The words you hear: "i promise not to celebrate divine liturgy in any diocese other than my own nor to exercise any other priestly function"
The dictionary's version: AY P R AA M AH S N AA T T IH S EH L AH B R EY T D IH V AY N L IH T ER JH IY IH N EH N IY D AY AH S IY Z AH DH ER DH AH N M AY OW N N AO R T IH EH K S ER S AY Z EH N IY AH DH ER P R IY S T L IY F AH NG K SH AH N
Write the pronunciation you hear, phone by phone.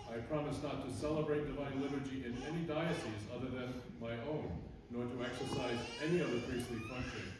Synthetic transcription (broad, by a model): AY P R AA M AH S N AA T T IH S EH L AH B R EY T D IH V AY N L IH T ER JH IY IH N EH N IY D AY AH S IY Z AH DH ER DH AH N M AY OW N N AO R T IH EH K S ER S AY Z EH N IY AH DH ER P R IY S T L IY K AH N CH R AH